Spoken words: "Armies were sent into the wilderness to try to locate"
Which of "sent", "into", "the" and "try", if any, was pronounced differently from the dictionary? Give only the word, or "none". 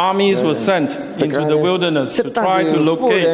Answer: none